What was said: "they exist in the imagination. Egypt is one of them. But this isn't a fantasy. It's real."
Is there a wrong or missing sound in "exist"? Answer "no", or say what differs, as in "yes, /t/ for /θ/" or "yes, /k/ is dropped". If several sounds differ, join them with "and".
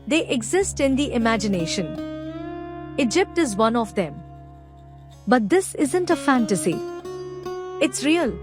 no